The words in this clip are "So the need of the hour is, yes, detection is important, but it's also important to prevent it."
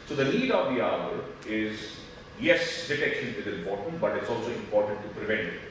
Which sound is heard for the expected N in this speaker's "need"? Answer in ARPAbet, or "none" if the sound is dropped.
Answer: L